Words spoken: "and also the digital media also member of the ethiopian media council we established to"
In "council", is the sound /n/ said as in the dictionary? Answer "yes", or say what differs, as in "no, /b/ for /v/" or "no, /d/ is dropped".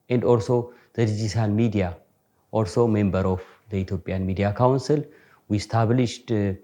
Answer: yes